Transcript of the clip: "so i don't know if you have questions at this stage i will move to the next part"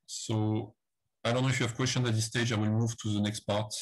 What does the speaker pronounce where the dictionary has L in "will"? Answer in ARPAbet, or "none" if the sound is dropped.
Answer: L